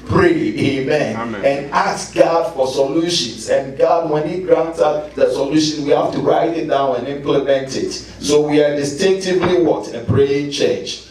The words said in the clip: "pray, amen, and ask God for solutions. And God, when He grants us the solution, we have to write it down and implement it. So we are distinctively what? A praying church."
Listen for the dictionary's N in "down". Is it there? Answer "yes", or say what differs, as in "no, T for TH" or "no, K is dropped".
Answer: yes